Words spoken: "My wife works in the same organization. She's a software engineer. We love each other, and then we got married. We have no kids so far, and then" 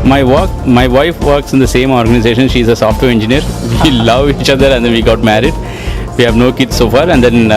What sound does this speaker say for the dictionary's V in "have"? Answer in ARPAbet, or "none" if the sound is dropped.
V